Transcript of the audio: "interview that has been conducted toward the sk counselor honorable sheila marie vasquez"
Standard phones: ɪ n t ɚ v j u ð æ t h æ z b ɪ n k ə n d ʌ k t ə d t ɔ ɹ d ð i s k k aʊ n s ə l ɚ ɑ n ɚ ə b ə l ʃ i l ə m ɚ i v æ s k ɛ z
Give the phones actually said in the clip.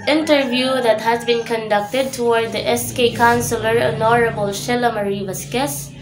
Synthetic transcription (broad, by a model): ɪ n t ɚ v j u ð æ t h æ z b ɪ n k ə n d ʌ k t ə d t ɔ ɹ d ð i s k k aʊ n s ə l ɚ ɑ n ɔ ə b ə l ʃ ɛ l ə m ɚ i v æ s k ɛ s